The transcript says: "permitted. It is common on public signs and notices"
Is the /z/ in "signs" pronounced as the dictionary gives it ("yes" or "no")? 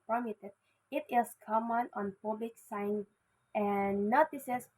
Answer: no